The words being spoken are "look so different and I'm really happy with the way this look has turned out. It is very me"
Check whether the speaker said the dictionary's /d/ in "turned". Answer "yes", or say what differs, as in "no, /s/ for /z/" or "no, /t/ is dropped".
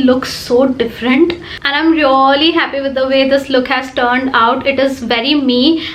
yes